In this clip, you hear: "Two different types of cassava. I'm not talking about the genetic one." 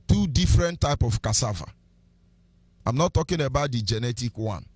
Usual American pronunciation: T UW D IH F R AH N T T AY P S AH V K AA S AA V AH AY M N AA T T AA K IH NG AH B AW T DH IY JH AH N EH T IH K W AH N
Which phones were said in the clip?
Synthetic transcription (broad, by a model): T UW D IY F R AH N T T AY P AH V K AA S AA V AH AY M N AA T T AA K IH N AH B AW T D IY JH AH N EH T IH K W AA N